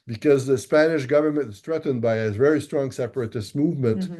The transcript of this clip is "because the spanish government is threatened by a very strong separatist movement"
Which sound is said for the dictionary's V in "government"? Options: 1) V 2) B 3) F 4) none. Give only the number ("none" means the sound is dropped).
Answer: 1